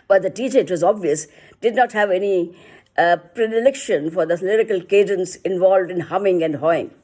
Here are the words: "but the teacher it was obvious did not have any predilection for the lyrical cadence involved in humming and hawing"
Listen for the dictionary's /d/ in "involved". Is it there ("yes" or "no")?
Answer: yes